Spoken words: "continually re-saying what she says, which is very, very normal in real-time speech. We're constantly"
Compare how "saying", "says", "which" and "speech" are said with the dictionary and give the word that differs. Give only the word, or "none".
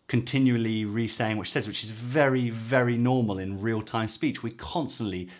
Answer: none